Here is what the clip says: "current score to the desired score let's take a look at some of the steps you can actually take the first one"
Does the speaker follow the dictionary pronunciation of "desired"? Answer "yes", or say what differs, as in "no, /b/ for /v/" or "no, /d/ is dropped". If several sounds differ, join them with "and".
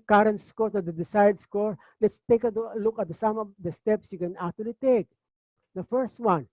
no, /s/ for /z/